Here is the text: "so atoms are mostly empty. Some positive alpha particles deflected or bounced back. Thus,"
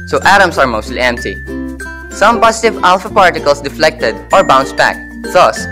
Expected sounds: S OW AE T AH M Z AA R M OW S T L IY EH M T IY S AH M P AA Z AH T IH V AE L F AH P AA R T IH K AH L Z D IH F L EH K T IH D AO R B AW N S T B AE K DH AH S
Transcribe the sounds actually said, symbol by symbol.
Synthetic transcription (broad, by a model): S OW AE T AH M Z AA R M OW S T L IY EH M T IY S AH M P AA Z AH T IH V AE L F AH P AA R T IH K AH L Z D IH F L EH K T IH D AO R B AW N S B AE K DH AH S